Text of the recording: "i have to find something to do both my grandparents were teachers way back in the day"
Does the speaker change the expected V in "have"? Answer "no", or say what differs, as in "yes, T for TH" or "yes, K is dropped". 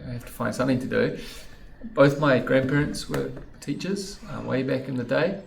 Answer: yes, F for V